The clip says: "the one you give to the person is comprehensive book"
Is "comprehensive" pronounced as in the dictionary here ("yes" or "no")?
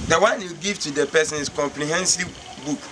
no